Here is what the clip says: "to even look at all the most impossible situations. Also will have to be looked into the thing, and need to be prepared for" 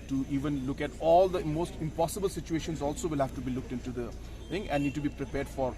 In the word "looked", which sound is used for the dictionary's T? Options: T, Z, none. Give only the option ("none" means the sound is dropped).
T